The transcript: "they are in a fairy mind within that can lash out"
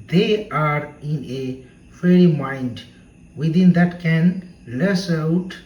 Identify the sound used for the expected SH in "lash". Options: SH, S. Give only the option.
S